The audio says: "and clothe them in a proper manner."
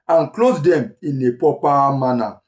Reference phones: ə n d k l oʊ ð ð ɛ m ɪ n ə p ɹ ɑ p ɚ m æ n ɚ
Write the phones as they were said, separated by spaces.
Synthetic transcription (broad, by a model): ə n k l oʊ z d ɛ m ɪ n ə p ɑ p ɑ m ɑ n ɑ